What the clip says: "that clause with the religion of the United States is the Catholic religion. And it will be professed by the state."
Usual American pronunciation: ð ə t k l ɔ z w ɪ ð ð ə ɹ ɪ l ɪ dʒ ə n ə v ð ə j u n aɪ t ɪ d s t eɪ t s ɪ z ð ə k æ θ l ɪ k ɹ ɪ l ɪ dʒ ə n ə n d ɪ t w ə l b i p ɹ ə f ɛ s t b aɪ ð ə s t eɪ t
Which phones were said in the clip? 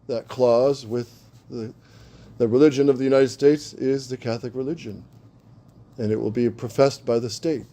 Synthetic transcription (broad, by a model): ð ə t k l ɔ z w ɪ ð ð ə ɹ ɪ l ɪ dʒ ə n ə v ð ə j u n aɪ t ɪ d s t eɪ t s ɪ z ð ə k æ θ l ɪ k ɹ ɪ l ɪ dʒ ə n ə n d ɪ t w ə l b i p ɹ ə f ɛ s t b aɪ ð ə s t eɪ t